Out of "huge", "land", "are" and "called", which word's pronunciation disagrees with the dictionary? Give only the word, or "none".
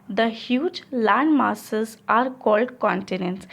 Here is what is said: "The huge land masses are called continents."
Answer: none